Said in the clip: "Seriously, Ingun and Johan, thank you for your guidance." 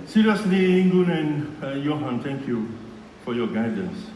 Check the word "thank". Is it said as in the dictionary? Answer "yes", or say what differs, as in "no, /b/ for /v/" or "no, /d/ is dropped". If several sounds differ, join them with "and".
no, /t/ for /θ/